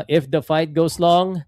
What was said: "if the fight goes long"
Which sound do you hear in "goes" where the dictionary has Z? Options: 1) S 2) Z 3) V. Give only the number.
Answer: 1